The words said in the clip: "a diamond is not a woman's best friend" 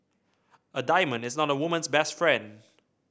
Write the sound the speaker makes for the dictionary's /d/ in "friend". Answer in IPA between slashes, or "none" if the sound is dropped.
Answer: /d/